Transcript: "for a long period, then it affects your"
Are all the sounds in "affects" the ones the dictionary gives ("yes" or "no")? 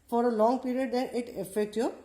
no